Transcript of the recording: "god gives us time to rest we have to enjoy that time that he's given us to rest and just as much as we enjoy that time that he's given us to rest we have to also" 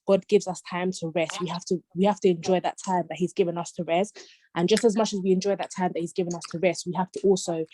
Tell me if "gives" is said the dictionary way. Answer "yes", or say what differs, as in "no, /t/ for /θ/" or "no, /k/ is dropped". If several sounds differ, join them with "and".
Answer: yes